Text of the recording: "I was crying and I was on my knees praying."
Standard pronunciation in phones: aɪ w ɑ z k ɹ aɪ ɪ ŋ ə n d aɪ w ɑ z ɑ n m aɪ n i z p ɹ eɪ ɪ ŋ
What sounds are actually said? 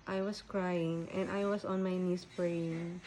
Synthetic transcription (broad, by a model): aɪ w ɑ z k ɹ aɪ ɪ ŋ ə n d aɪ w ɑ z ɑ n m aɪ n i s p ɹ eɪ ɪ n